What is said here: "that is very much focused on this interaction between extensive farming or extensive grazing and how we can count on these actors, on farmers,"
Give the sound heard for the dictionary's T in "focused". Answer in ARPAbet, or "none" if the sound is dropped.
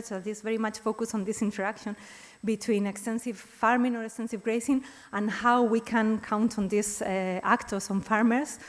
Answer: none